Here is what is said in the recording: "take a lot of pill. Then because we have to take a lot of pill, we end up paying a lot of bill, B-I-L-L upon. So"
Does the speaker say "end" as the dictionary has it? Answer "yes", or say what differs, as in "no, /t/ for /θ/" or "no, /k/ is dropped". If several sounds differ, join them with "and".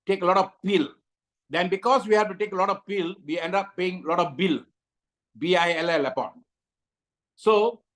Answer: yes